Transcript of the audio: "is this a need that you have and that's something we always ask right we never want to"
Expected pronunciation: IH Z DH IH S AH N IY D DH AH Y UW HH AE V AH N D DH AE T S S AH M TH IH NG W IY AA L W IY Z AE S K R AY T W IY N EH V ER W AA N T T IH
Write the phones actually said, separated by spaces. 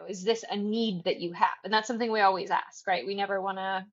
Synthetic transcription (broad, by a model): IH Z DH IH S AH N IY D DH AH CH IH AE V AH N DH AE T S S AH M TH IH NG W IY AA L W IY Z AE S K R AY T W IY N EH V ER W AA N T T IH